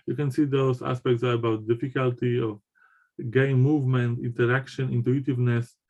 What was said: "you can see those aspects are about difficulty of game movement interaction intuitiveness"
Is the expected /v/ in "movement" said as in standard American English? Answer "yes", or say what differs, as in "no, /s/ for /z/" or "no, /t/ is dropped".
yes